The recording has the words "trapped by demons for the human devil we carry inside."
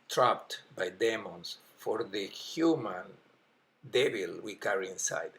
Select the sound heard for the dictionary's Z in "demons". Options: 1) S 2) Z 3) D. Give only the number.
1